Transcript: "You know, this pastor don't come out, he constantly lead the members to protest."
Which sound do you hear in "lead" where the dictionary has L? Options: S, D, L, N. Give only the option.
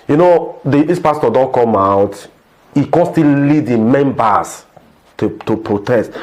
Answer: L